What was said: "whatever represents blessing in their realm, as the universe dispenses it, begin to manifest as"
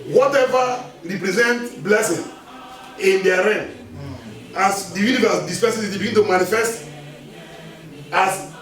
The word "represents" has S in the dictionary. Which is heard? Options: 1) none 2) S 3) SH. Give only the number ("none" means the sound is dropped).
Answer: 1